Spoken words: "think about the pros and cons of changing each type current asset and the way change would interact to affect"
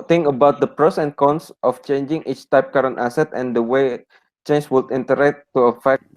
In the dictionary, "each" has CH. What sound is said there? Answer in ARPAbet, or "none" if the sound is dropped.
CH